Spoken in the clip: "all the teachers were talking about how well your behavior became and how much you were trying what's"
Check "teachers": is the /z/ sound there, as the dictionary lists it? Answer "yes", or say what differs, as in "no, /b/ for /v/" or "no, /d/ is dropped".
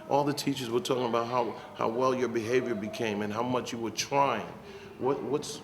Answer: yes